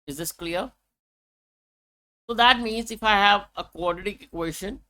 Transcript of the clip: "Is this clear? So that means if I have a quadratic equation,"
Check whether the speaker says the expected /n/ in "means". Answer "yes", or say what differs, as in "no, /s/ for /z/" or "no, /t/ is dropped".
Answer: yes